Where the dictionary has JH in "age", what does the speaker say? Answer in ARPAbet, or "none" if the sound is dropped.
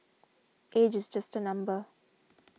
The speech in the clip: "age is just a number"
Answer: JH